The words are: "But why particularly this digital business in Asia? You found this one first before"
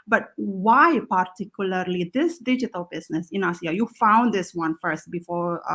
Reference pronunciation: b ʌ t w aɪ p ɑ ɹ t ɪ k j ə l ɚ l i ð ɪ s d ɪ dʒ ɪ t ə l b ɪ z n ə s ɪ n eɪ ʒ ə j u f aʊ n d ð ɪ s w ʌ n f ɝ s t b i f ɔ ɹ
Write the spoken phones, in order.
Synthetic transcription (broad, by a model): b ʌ t w aɪ p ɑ ɹ t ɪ k j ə l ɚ l i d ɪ s d ɪ dʒ ɪ t ə l b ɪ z n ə s ɪ n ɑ s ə j u f aʊ n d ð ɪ s w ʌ n f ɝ s t b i f ɔ ɹ